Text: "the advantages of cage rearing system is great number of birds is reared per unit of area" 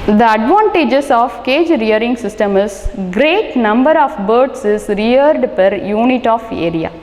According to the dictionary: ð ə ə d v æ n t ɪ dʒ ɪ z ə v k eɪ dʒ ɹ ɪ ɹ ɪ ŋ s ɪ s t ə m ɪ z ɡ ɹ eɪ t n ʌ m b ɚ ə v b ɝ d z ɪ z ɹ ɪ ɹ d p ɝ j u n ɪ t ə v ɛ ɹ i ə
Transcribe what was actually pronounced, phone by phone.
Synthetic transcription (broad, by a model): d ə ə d v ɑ n t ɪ dʒ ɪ s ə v k eɪ dʒ ɹ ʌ ɹ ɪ ŋ s ɪ s t ə m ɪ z ɡ ɹ eɪ t n ʌ m b ɚ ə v b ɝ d s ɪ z ɹ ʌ ɹ d p ɝ j u n ɪ t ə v ɛ ɹ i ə